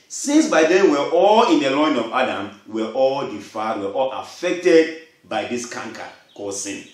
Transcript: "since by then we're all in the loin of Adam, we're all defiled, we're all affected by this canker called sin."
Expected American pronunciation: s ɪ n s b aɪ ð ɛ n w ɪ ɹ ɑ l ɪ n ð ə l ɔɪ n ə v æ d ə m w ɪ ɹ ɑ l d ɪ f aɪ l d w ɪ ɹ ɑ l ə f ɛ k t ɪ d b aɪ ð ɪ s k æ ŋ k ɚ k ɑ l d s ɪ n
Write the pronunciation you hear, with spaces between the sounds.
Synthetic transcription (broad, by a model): s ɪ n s b aɪ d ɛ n w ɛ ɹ ɑ l ɪ n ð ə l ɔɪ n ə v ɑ d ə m w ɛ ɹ ɑ l d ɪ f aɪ d w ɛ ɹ ɑ l ə f ɛ k t ɪ d b aɪ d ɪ s k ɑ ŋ k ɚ k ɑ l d s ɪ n